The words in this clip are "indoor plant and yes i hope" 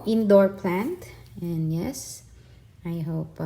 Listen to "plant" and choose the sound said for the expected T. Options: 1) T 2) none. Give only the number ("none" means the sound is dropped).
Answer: 1